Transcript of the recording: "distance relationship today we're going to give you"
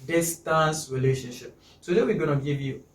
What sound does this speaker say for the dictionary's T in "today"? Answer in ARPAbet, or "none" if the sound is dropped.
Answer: S